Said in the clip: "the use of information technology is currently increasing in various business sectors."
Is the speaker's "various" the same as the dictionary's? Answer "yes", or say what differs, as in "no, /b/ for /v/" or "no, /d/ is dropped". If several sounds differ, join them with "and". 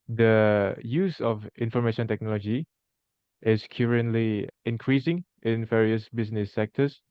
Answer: yes